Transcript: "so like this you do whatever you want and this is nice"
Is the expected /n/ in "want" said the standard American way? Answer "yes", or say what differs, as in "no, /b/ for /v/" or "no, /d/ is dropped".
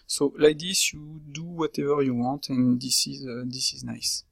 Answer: no, /n/ is dropped